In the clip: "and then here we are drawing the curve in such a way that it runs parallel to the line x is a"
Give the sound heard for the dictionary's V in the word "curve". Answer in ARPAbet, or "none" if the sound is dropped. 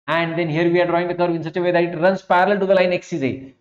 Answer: V